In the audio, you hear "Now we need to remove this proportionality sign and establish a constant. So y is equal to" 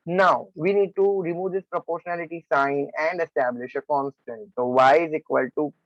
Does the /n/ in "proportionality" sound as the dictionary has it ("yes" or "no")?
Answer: yes